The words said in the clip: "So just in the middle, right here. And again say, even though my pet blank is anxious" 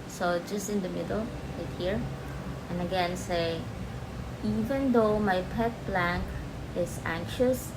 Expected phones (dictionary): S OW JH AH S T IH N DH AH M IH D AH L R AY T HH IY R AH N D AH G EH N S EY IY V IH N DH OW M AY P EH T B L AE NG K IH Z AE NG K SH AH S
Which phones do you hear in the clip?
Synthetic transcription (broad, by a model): S OW JH AH S T IH N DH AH M IH D AH L L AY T HH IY R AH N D AH G EH N S EY IY V IH N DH OW M AY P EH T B L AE NG K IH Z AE NG K SH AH S